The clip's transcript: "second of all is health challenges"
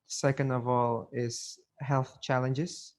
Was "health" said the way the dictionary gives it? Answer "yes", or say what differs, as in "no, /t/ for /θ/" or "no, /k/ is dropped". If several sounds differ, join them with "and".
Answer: yes